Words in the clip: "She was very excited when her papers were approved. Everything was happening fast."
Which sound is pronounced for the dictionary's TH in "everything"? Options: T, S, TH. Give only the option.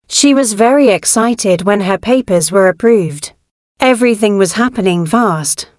TH